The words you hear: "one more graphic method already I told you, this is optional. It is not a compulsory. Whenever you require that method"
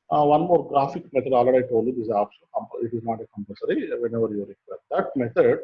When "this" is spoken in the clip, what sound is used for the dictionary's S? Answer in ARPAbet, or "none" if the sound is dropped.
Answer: none